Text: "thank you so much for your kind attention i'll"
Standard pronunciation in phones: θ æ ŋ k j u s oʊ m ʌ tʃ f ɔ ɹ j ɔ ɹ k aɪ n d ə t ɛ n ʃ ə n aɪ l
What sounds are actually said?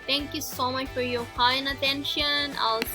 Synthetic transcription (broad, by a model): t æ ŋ k j u s oʊ m ʌ tʃ f ɔ ɹ j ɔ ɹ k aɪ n ə t ɛ n ʃ ə n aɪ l